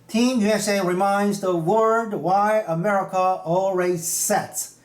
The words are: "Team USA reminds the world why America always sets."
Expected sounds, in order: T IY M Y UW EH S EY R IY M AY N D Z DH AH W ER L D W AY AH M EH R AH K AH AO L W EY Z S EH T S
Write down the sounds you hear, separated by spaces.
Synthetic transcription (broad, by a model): T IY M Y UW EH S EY R IY M AY N D Z DH AH W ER D W AY AH M EH R AH K AH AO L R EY S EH T S